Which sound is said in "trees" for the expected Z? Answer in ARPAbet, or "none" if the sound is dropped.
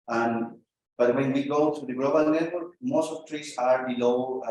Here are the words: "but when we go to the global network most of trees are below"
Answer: S